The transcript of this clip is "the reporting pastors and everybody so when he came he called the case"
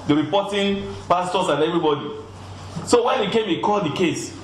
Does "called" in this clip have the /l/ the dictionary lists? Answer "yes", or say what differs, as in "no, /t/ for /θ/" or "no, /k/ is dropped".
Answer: yes